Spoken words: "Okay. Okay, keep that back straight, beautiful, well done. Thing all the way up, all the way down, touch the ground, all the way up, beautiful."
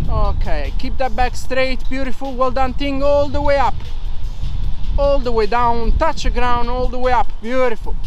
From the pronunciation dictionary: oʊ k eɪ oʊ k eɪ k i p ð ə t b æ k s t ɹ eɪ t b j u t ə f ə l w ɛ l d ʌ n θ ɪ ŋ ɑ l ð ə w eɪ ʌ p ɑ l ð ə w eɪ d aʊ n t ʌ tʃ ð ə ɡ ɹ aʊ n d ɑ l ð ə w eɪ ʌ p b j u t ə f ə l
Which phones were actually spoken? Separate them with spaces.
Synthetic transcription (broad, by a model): oʊ k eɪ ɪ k k i p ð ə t b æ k s t ɹ eɪ t b j u t ə f ə l w ɛ l d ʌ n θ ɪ ŋ ɑ l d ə w eɪ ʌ p ɑ l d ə w eɪ d aʊ n t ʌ tʃ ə ɡ ɹ aʊ n ɑ l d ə w eɪ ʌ p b j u t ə f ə l